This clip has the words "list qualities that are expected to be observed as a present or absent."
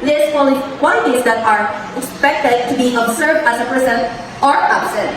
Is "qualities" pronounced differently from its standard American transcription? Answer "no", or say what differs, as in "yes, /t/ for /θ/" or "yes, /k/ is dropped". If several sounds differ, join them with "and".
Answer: yes, /l/ is dropped